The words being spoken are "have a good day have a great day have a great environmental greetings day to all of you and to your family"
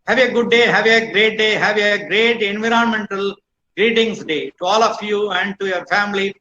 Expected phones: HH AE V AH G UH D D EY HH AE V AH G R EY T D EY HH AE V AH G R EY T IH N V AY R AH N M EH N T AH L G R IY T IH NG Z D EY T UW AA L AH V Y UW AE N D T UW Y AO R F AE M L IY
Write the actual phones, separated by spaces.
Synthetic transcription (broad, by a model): HH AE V AH G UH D D EY HH AE V AH G R EY T D EY HH AE V AH G R EY T IH N V AY R AH N M EH N T AH L G R IY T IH NG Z D EY T UW AA L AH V Y UW AE N D T UW Y AO R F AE M L IY